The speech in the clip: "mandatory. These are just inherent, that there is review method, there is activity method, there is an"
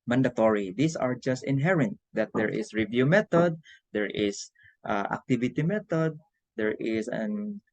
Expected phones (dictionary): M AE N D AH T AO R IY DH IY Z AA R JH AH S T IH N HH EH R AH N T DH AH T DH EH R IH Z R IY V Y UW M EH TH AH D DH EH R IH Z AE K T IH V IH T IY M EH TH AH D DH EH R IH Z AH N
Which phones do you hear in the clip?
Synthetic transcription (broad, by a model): M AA N D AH T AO R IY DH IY S AA R JH AH S T IH N HH EH R AH N T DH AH T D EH R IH S R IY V Y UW M EH T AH D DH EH R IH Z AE K T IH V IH T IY M EH T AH D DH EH R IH S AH N